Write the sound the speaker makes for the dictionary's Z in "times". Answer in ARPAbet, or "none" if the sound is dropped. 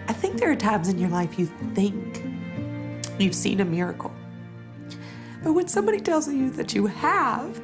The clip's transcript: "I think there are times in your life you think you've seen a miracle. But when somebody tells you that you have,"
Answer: Z